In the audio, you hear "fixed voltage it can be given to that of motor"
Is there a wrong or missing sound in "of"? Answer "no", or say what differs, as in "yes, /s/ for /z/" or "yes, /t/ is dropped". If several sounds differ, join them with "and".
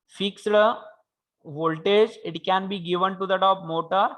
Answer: yes, /p/ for /v/